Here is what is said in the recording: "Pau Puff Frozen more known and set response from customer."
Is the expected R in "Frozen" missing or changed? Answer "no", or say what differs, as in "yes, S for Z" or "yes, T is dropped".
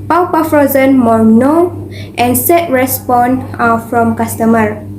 no